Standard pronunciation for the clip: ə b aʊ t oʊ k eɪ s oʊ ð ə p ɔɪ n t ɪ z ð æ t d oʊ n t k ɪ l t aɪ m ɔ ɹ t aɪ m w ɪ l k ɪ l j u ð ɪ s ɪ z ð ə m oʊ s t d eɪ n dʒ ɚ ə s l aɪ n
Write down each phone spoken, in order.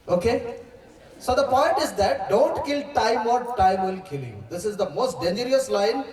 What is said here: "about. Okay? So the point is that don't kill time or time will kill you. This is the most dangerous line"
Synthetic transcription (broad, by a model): oʊ k eɪ s oʊ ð ə p ɔɪ n t ɪ z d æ t d oʊ n t k ɪ l t aɪ m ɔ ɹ t aɪ m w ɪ l k ɪ l j u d ɪ s ɪ z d ə m oʊ s t d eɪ n dʒ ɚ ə s l aɪ n